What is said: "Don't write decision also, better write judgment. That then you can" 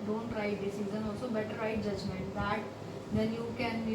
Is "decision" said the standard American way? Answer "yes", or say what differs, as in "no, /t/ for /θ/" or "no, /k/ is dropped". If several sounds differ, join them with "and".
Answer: no, /z/ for /ʒ/